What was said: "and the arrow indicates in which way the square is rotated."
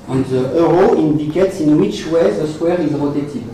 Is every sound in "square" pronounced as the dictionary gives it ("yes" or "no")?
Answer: no